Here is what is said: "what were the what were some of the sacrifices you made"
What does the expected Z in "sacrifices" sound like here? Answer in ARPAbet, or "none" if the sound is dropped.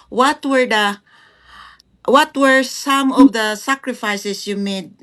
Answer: S